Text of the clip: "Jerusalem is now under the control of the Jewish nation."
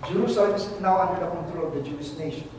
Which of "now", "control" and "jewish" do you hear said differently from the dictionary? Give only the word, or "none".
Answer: jewish